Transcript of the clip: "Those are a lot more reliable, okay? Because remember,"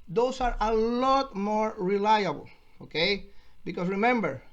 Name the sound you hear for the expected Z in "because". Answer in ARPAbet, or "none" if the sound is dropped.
S